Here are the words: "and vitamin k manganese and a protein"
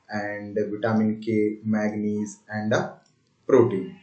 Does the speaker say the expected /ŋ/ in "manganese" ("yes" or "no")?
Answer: no